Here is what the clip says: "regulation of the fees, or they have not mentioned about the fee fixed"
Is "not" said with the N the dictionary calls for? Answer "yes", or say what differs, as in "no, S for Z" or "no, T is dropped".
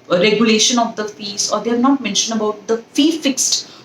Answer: yes